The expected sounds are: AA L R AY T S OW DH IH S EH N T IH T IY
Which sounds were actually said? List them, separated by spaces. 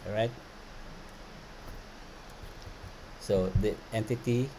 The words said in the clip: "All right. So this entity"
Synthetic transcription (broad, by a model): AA R AY T S OW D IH EH N T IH T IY